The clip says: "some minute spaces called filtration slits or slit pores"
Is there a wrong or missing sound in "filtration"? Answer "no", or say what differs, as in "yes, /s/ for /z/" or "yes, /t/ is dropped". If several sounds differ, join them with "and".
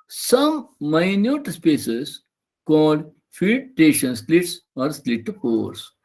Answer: yes, /ɹ/ is dropped